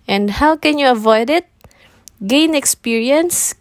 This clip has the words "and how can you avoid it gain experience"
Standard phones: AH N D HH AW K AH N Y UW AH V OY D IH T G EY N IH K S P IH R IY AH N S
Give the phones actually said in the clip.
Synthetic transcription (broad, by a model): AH N D HH AW K AH N Y UW AH V OY D IH T G EY N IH K S P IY R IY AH N S